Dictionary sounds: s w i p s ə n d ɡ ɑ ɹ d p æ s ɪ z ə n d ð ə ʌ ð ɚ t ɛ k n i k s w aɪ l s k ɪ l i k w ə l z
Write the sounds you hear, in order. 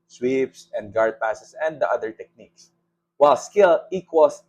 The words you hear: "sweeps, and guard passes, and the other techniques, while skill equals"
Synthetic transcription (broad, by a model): s w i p s ə n d ɡ ɑ ɹ d p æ s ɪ s ə n d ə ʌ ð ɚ t ɛ k n i k s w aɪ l s k ɪ l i k w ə l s